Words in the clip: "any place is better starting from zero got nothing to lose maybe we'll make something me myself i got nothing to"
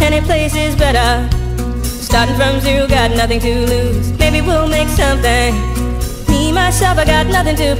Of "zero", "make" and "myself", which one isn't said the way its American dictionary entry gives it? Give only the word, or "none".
none